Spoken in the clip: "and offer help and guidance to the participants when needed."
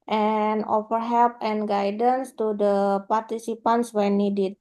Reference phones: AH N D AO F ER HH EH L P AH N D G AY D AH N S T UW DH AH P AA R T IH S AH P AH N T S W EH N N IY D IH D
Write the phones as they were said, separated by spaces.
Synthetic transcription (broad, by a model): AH N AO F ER HH EH L P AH N G AY D AH N S T UW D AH P AA R T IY S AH P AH N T S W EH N N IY D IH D